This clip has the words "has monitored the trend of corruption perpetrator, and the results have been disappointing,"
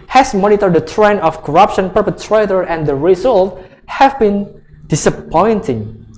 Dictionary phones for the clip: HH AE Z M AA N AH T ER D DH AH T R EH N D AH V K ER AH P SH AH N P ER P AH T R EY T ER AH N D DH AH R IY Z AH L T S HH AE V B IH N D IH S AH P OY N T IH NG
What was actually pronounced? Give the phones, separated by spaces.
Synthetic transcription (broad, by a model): HH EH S M AA N AH T ER D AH T R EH N AH F K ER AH P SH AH N P ER P AH T R EY T ER AH N D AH R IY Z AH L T HH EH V B IH N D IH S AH P OY N T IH NG